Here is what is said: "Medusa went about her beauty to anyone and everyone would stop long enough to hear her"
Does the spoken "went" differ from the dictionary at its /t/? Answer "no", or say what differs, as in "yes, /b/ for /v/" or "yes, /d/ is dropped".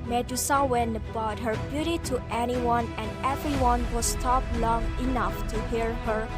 yes, /t/ is dropped